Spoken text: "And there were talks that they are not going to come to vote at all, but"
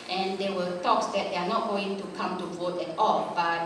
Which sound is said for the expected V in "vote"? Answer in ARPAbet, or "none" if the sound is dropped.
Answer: V